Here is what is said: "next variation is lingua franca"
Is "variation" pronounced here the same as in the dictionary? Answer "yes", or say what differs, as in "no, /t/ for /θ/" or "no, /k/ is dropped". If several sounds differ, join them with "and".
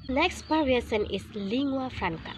no, /p/ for /v/ and /s/ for /ʃ/